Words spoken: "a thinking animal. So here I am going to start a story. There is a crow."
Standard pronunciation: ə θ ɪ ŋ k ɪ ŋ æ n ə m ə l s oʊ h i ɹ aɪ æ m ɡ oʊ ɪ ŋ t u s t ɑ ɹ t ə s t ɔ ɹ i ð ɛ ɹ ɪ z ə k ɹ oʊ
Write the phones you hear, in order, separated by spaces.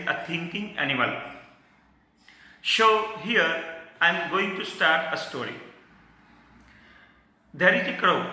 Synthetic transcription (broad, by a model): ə t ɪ ŋ k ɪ ŋ æ n ə m ə l ʃ oʊ h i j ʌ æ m ɡ oʊ ɪ ŋ t u s t ɑ ɹ t ə s t ɔ ɹ i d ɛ ɹ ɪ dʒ ə k ɹ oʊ